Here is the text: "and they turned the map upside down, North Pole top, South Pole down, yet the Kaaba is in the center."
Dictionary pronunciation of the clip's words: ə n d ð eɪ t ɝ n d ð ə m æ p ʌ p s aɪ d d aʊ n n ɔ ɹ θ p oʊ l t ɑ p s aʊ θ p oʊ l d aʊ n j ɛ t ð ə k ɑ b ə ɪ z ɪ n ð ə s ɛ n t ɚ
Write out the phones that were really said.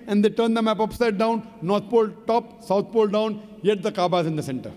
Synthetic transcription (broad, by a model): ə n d eɪ t ɝ n d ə m æ p ʌ p s aɪ d d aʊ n n ɔ ɹ t p oʊ l t ɑ p s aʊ t p oʊ l d aʊ n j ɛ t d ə k ɑ b ə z ɪ n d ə s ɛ n t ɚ